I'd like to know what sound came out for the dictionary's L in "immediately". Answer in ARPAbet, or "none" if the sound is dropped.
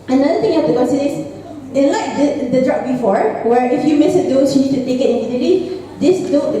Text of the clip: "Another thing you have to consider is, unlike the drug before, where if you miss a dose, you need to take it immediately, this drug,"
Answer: none